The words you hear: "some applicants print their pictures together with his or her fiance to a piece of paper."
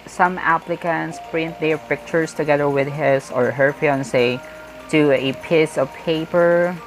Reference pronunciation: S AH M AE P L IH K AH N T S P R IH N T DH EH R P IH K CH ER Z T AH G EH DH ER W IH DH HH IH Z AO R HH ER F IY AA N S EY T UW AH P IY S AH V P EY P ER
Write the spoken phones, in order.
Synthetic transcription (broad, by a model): S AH M AE P L IH K AH N T S P R IH N T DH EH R P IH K CH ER S T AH G EH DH ER W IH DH HH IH S AO R HH ER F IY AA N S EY T UW AH P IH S AH V P EY P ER